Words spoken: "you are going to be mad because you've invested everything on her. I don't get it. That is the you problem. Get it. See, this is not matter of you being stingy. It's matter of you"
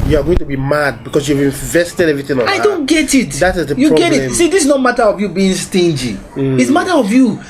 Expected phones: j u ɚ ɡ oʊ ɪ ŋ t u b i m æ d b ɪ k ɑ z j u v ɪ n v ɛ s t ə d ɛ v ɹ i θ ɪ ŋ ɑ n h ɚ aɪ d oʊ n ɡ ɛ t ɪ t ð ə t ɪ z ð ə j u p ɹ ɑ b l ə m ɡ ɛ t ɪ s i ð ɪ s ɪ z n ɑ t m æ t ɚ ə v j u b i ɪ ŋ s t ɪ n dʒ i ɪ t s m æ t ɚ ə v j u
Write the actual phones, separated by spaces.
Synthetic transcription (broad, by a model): j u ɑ ɡ oʊ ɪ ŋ t u b i m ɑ d b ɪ k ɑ s j u v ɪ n v ɛ s t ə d ɛ v ɹ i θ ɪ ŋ ɑ n aɪ d oʊ n ɡ ɛ t ɪ t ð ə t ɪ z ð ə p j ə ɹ ɡ ɛ t ɪ s i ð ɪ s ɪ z n ɑ t m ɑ t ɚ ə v j u b i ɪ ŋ s t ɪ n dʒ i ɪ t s m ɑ t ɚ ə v j u